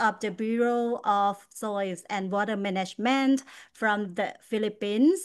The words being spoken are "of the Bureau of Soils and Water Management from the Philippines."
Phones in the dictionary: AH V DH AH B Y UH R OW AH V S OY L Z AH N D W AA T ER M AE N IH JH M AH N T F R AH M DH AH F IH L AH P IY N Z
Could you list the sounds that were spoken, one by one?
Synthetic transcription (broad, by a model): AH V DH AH B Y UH R OW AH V S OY Z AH N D W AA T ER M AE N IH JH M AH N T F R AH M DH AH F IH L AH P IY N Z